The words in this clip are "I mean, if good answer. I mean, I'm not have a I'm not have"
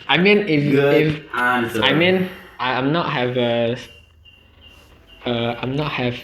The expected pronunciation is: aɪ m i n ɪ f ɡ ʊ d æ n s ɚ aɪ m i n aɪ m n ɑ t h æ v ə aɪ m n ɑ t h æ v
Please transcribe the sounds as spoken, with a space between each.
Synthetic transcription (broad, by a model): aɪ m i n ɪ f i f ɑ s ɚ aɪ m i n aɪ m n ɑ t h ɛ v ə aɪ m n ɑ t h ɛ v